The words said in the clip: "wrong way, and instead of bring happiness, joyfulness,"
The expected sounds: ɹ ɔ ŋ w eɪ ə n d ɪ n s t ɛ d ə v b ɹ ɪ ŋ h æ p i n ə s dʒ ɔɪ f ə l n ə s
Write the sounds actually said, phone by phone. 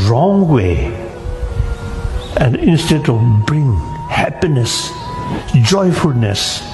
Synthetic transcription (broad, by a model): ɹ ɔ ŋ w eɪ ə n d ɪ n s t ɛ d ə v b ɹ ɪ ŋ h æ p i n ə s dʒ ɔɪ f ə l n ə s